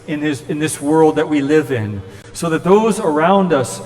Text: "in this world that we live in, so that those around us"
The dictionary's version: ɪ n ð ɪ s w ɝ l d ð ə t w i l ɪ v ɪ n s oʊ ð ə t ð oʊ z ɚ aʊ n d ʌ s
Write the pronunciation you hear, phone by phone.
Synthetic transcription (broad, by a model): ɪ n ð ɪ s w ɝ l d ð ə t w i l ɪ v ɪ n s oʊ ð ə t ð oʊ z ɚ aʊ n d ʌ s